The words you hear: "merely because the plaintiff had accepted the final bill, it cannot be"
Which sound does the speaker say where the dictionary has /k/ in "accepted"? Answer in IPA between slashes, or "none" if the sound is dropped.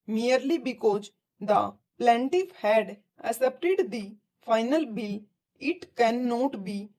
none